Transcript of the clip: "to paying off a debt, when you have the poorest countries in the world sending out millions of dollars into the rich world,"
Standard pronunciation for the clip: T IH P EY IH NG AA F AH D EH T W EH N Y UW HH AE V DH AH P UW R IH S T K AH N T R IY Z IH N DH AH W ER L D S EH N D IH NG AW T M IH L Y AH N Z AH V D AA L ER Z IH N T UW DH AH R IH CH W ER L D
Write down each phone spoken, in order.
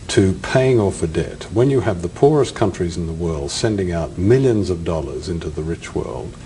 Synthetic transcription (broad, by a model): T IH P EY IH NG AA F AH D EH T W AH N Y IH V DH AH P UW R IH S K AH N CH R IY Z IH N DH AH W ER L D S EH N D IH NG AW T M IH L Y AH N Z AH V D AA L ER Z IH N T UW DH AH R IH CH W ER L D